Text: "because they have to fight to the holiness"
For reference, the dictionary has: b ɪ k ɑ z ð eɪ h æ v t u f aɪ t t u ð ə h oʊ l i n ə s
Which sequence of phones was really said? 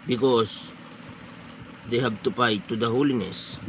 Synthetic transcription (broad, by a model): b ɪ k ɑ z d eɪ h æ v t u p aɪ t t u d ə h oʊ l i n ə s